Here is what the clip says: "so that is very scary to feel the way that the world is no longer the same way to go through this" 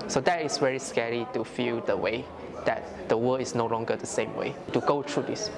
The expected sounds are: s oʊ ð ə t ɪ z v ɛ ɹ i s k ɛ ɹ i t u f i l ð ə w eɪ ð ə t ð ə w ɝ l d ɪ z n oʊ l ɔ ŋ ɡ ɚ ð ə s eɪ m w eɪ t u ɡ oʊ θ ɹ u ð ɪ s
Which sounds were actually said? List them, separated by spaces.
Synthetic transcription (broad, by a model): s oʊ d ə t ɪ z v ɛ ɹ i s k ɛ ɹ i t u f i l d ə w eɪ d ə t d ə w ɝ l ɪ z n oʊ l ɔ ŋ ɡ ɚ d ə s eɪ m w eɪ t u ɡ oʊ t ɹ u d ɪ s